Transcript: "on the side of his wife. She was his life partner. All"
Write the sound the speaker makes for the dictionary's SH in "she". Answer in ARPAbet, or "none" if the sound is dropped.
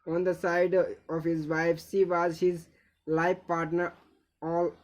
S